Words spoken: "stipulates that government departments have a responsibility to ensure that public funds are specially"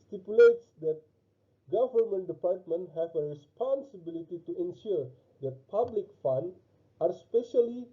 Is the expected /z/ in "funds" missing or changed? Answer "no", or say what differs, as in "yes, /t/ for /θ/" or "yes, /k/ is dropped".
yes, /z/ is dropped